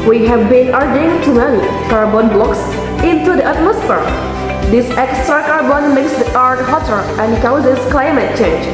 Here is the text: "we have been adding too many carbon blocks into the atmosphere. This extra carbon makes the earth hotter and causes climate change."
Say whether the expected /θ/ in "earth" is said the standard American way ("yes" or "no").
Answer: no